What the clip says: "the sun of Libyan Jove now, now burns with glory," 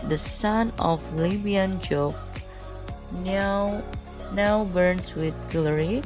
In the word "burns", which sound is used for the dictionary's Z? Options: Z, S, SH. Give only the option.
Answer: S